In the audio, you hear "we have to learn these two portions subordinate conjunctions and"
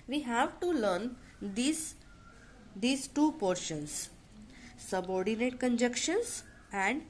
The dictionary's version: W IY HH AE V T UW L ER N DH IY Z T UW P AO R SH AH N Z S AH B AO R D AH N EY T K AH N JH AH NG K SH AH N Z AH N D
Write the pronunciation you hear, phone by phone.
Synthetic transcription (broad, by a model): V IY HH AE V T UW L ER N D IY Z T UW P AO R SH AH N S AH B AO R D AH N EY T K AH N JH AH K SH AH N S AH N D